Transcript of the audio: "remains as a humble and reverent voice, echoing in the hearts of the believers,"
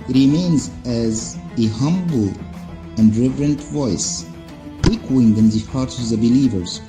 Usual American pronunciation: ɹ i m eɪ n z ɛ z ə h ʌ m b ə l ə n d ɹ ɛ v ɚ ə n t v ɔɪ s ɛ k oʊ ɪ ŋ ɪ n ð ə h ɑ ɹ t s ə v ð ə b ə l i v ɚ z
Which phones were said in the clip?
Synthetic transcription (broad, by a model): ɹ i m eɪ n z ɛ z ə h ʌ m b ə l ə n d ɹ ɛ v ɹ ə n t v ɔɪ s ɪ k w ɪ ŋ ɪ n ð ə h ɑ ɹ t ə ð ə b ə l i v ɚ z